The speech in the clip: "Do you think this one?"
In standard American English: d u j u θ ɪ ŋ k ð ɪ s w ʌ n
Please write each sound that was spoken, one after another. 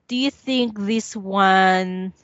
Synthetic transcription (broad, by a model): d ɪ j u θ ɪ ŋ k ð ɪ s w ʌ n